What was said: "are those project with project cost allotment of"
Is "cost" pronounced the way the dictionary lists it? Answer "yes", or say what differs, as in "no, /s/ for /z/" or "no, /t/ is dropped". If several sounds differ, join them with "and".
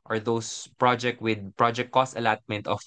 yes